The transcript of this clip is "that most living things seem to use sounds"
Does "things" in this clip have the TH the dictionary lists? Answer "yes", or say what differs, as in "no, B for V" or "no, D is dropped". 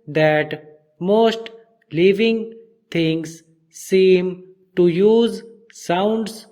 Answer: no, T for TH